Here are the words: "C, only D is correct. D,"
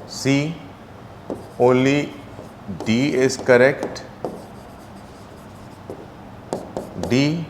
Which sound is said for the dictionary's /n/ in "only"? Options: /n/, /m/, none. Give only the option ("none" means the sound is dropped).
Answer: none